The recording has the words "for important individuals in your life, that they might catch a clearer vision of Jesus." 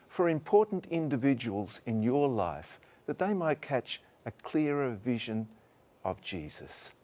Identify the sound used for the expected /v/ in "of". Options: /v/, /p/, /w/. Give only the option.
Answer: /v/